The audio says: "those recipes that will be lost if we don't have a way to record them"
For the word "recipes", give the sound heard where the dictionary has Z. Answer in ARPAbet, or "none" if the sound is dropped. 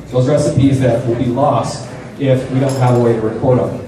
Z